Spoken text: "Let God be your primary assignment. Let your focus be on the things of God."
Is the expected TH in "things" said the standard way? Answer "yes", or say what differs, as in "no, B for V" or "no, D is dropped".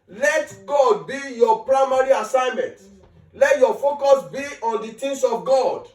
no, T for TH